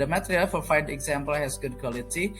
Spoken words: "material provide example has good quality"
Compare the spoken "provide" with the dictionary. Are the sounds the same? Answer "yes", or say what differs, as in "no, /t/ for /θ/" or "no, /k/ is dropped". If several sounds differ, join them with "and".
no, /f/ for /v/